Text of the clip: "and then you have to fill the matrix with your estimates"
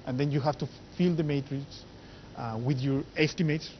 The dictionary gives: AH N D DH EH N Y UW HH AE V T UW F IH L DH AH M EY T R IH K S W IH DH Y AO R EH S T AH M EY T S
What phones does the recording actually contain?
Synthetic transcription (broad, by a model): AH N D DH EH N Y UW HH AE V T UW F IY L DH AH M EY T R IH K S W IH DH Y AO R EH S T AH M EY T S